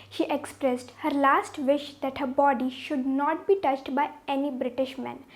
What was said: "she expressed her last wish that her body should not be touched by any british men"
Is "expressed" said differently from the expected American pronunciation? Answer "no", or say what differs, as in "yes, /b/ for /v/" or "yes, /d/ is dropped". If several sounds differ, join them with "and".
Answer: no